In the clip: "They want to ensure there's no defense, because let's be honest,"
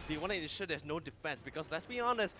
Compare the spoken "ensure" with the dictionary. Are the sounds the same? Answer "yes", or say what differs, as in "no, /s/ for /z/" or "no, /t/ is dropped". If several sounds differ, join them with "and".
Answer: no, /n/ is dropped